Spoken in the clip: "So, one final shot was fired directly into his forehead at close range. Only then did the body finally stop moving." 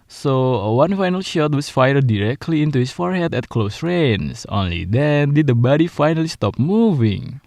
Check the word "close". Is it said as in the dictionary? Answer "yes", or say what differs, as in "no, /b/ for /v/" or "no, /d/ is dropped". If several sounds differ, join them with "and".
yes